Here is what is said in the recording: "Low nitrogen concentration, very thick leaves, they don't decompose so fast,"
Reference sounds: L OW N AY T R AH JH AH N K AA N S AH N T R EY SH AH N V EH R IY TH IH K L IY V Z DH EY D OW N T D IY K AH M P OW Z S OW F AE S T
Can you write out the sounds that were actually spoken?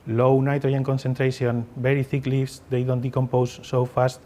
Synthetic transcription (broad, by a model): L OW N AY T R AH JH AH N K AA N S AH N T R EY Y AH N B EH R IY TH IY K L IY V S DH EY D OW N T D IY K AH M P OW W S OW F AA S T